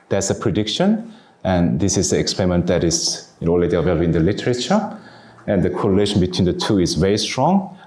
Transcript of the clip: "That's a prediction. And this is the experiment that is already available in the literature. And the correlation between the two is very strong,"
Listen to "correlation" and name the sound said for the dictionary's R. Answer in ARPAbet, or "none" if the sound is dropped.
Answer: R